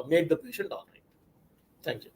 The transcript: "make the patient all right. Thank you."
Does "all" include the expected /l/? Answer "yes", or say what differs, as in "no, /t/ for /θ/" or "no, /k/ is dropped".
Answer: no, /n/ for /l/